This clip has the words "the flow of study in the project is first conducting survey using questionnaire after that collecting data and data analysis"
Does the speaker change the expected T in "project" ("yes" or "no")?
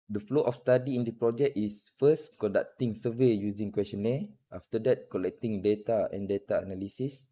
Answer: yes